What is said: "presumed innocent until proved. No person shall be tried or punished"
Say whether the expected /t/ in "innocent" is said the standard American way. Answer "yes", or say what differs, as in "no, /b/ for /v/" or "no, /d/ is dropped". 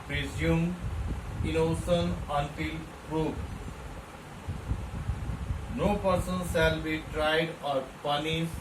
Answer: no, /t/ is dropped